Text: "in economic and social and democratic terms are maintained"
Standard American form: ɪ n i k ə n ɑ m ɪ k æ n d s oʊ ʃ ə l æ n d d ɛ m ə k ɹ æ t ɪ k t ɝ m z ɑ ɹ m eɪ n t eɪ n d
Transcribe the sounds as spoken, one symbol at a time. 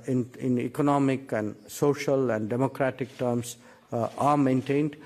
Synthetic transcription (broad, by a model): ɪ n i k ə n ɑ m ɪ k æ n d s oʊ ʃ ə l æ n d d ɛ m ə k ɹ æ t ɪ k t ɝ m s ɑ ɹ m eɪ n t eɪ n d